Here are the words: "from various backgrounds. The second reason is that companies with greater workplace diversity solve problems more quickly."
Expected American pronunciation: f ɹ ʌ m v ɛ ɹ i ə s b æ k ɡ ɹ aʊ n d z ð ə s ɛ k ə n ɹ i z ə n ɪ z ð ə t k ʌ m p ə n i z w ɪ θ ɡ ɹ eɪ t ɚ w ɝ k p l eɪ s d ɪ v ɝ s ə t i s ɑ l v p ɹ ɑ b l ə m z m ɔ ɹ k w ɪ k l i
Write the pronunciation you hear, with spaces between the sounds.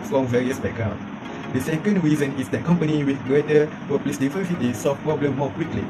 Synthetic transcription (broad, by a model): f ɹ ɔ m v ɛ ɹ i ə s b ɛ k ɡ ɹ aʊ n d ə s ɛ k ə n ɹ i z ə n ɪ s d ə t k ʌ m p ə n i w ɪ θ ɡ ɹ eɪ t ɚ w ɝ p l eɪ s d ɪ f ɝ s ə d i s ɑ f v p ɹ ɑ b l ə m m ɔ k w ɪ k l i